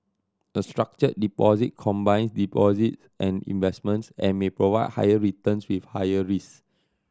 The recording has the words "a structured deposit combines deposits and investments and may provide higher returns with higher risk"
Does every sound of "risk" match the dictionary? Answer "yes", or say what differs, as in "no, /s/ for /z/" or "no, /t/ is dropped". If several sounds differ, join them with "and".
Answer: no, /k/ is dropped